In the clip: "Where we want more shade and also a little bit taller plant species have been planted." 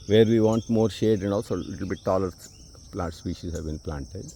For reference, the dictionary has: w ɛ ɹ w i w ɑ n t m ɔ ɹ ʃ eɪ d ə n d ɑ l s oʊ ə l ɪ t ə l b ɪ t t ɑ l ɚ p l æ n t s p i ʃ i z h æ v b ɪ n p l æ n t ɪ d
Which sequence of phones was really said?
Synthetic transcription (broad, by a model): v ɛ ɹ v i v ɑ n t m ɔ ɹ ʃ eɪ d ə n d ɑ l s oʊ l ɪ t ə l b ɪ t t ɑ l ɚ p l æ t s p i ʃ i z h æ v b ɪ n p l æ n t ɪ d